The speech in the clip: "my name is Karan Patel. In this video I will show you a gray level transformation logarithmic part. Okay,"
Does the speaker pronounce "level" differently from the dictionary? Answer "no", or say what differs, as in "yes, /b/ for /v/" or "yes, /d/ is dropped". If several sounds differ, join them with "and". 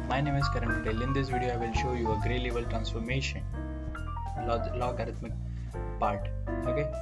yes, /b/ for /v/